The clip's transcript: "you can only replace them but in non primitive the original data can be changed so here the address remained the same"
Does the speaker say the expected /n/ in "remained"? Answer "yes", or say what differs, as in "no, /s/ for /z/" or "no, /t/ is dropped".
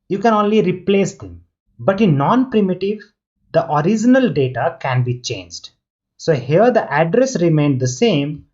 yes